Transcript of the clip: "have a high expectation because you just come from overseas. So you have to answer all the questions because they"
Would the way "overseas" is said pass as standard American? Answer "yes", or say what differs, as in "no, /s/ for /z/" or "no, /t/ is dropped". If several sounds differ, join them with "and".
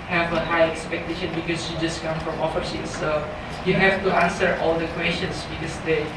no, /f/ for /v/